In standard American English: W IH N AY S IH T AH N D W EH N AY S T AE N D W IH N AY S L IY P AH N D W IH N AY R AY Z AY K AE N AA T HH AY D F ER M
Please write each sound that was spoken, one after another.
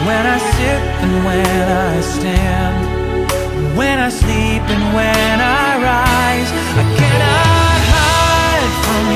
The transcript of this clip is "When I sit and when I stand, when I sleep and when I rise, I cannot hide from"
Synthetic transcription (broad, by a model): W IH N AY S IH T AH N W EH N AY S T AE N D W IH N AY S L IY P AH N W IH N AY R AY Z AY K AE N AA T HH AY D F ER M